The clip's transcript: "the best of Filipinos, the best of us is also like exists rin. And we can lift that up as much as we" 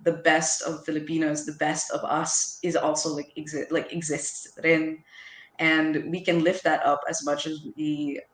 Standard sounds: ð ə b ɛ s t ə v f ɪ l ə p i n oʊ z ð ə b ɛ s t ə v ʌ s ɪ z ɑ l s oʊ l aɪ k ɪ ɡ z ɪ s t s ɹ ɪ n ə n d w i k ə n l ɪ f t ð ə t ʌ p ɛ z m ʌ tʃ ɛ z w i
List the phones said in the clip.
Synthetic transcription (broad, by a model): ð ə b ɛ s t ə v f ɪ l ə p i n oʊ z ð ə b ɛ s t ə v ʌ s ɪ z ɑ l s oʊ l aɪ k ɪ ɡ z ɪ s t s ɹ ɪ n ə n w i k ə n l ɪ f t ð ə t ʌ p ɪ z m ʌ tʃ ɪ z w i